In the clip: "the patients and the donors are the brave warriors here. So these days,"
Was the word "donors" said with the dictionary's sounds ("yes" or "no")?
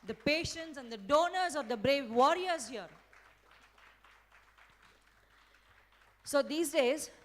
yes